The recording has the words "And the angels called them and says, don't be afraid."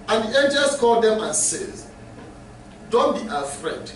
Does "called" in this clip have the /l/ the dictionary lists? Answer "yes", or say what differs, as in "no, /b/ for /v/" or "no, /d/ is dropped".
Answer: yes